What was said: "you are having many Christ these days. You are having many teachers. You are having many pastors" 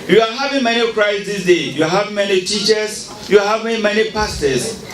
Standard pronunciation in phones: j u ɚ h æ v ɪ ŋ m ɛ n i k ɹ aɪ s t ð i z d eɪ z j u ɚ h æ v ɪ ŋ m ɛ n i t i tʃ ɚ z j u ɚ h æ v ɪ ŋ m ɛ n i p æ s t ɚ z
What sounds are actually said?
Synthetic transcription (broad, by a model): j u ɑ h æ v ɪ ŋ m ɛ n i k ɹ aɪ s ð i s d eɪ j u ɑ h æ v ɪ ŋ m ɛ n i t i tʃ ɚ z j u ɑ h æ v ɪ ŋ m ɛ n i p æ s t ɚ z